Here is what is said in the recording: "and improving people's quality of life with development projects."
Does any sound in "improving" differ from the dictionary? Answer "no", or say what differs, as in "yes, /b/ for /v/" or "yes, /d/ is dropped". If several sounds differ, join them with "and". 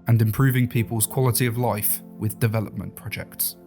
no